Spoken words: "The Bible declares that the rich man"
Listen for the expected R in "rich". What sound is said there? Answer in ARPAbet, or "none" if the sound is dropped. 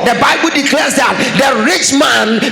R